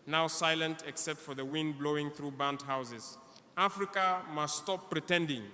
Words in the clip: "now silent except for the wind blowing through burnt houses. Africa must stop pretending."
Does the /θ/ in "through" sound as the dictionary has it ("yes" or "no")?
yes